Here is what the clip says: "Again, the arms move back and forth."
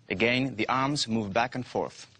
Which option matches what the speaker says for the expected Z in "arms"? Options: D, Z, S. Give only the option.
Z